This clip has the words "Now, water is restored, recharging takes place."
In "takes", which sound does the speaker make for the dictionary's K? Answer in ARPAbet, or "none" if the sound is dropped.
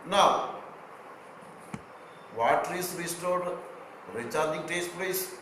none